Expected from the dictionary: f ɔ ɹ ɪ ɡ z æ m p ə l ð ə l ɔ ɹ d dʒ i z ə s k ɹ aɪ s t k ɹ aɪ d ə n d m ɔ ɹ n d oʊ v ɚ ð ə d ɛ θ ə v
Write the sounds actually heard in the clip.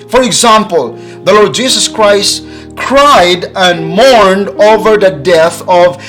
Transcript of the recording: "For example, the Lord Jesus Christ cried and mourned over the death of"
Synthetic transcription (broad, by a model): f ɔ ɹ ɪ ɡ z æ m p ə l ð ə l ɔ ɹ d dʒ i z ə s k ɹ aɪ s t k ɹ aɪ d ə n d m ɔ ɹ n d oʊ v ɚ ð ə d ɛ θ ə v